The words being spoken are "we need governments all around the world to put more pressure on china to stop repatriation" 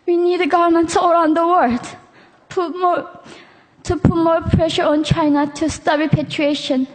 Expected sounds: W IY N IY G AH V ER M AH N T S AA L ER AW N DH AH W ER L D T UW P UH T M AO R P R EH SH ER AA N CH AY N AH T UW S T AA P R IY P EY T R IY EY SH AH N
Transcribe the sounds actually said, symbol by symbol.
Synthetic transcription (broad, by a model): W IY N IY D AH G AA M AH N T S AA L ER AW N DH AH W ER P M T UW P UH T M AO R P R EH SH ER AA N CH AY N AH T UW S T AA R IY P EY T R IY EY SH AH N